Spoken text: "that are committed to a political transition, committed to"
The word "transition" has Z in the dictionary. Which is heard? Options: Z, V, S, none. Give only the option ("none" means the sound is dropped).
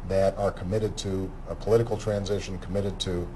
Z